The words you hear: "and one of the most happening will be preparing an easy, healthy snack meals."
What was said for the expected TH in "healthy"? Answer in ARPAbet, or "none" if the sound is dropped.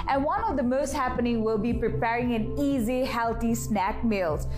T